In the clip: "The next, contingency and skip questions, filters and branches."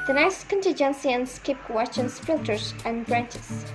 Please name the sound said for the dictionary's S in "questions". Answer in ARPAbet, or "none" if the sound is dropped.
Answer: none